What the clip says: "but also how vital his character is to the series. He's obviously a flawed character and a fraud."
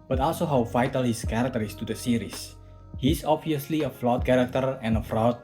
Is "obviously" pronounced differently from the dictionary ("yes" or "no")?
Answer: no